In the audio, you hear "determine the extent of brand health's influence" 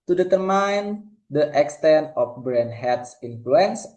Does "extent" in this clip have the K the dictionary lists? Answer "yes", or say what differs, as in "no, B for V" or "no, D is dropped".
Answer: yes